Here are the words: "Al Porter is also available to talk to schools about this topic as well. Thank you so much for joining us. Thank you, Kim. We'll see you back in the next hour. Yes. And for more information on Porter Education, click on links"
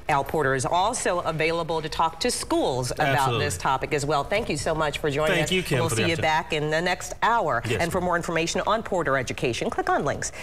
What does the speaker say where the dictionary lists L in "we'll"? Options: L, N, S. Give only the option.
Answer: L